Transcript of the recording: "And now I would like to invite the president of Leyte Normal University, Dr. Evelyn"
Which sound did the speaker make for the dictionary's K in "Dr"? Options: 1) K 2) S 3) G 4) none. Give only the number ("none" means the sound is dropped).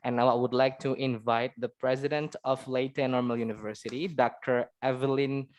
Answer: 1